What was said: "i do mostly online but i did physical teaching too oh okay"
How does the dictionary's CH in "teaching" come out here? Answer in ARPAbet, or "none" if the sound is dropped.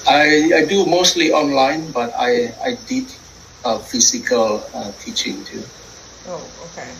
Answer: CH